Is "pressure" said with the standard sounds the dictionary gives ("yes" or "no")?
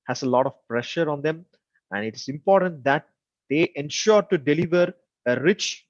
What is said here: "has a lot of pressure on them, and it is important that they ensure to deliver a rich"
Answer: yes